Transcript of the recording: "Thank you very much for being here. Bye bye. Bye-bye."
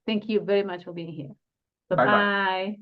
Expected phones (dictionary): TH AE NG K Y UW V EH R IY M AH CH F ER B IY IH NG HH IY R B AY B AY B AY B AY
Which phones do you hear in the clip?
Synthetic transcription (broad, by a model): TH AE NG K Y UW V EH R IY M AH CH F ER B IY IH NG HH IY R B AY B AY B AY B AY